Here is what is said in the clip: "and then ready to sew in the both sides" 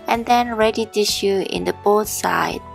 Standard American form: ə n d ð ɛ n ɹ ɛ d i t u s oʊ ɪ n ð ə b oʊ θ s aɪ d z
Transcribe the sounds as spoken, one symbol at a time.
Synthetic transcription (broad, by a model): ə n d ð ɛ n ɹ ɛ d i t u ʃ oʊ ɪ n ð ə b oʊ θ s aɪ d